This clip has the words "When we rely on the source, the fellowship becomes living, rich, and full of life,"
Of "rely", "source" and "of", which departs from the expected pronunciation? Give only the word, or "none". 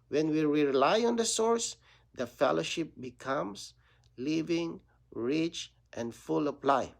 of